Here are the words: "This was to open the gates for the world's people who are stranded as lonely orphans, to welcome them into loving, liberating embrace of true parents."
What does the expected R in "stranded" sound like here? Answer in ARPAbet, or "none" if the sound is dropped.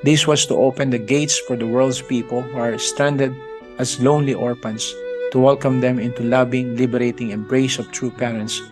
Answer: none